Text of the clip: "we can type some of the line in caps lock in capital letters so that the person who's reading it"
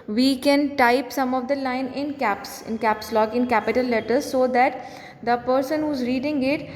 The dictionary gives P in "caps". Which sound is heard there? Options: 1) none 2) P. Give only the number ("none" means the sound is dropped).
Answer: 2